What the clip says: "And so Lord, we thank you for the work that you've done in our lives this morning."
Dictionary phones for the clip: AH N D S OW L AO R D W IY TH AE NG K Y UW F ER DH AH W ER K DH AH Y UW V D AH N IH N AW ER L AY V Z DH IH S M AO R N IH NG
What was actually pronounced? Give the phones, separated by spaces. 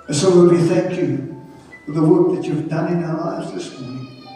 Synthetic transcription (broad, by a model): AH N S OW W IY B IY TH AE NG K Y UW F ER DH AH W ER K DH AH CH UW V D AH N IH N AW ER L AY V Z DH IH S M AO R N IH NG